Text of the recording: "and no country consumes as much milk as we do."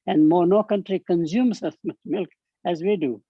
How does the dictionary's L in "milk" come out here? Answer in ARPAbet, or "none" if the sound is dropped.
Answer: L